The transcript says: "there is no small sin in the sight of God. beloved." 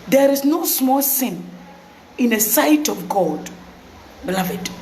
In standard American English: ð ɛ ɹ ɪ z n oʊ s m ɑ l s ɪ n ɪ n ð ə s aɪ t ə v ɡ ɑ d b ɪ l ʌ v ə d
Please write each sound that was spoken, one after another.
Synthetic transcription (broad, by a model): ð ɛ ɹ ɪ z n oʊ s m ɑ l s ɪ n ɪ n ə s aɪ t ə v ɡ ɑ d b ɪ l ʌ v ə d